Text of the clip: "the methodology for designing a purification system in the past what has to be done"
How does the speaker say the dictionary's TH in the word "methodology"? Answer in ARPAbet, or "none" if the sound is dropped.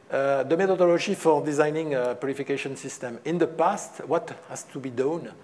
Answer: T